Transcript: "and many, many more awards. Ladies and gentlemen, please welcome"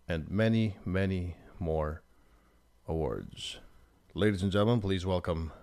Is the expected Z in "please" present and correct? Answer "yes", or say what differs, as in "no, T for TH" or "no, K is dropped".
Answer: yes